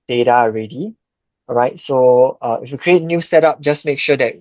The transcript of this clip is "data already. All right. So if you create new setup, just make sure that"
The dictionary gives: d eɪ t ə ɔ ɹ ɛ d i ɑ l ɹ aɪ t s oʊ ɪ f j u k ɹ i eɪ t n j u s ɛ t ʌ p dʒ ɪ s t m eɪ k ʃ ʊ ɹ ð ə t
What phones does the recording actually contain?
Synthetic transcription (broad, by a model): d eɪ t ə ɔ ɹ ɛ d i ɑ ɹ aɪ t s oʊ ɪ f j u k ɹ i eɪ t n j u s ɛ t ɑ p dʒ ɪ s m eɪ k ʃ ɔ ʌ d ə t